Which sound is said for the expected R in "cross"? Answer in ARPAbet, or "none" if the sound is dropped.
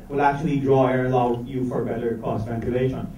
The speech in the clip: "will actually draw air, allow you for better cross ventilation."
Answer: none